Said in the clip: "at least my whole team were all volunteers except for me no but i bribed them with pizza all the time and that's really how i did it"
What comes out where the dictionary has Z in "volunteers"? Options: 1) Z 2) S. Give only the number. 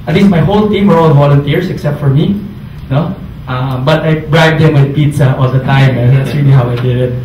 2